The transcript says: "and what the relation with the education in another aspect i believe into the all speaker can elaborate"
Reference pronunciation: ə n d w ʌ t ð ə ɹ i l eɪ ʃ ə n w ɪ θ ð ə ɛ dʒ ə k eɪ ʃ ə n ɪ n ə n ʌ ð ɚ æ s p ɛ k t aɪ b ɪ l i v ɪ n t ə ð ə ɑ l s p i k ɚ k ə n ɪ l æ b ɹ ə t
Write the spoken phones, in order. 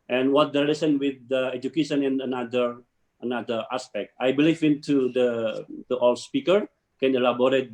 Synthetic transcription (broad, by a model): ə n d w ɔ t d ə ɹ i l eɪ s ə n w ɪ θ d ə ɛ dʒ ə k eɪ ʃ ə n ɪ n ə n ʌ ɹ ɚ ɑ s p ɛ k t aɪ b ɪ l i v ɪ n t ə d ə ɑ l s p i k ɚ k ə n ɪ l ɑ b ɹ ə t